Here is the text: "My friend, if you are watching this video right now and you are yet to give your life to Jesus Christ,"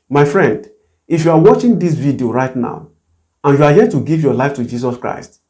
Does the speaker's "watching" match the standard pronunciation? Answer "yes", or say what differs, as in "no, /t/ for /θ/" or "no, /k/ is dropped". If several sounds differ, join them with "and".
yes